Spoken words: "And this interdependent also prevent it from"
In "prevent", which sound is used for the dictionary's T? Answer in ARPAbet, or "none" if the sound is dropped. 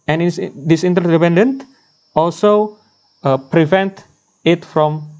T